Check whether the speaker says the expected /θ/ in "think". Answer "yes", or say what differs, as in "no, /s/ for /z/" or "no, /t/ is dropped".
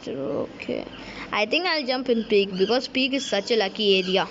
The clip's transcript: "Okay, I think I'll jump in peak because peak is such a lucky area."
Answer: no, /t/ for /θ/